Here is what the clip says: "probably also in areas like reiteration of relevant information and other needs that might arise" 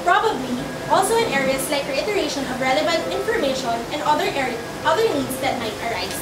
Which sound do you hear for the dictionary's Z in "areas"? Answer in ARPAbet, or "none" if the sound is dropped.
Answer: S